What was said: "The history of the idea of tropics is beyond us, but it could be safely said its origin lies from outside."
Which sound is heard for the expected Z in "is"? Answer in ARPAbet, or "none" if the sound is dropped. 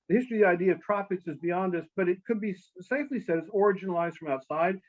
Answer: Z